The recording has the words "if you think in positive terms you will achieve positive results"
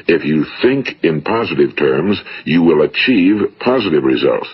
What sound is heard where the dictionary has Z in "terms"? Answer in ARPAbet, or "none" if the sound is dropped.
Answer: Z